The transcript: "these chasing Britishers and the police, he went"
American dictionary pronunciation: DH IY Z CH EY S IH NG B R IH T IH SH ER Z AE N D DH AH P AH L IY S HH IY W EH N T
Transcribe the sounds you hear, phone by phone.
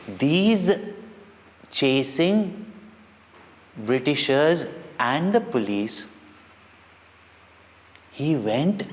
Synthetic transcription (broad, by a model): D IY Z CH EY S IH NG B R IH T IH SH ER Z AE N D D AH P AH L IY S HH IY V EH N T